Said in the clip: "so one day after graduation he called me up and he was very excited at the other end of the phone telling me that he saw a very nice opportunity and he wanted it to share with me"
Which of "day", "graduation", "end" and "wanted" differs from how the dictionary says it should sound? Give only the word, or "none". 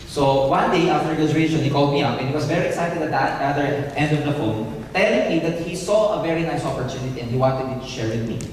graduation